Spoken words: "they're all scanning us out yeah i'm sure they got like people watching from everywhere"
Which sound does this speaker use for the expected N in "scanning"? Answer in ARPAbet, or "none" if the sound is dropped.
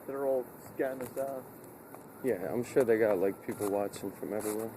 none